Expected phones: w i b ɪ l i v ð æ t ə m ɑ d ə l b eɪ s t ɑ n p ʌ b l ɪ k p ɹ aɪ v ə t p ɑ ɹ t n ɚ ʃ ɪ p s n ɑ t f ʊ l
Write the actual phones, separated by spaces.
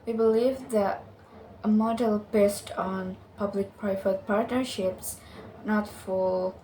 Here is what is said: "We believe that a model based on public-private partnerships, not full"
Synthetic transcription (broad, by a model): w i b ɪ l i v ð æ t ə m ɑ d ə l b eɪ s t ɑ n p ʌ b l ɪ k p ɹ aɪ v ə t p ɑ ɹ t n ɚ ʃ ɪ p s n ɑ t f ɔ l